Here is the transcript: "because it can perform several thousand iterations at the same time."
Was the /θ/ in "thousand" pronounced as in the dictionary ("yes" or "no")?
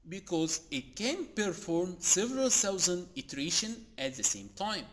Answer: no